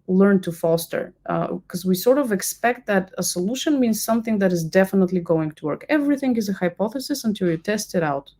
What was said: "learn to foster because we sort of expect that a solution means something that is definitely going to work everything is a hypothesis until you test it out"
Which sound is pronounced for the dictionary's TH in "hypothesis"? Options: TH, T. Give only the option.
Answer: TH